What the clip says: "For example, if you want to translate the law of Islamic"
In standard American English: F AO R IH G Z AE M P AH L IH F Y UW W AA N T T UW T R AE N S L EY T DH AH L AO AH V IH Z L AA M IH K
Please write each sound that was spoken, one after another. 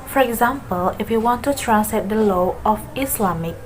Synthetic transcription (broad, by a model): F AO R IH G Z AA M P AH L IH F Y UW W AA N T T UW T R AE S EY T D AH L AO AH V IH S L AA M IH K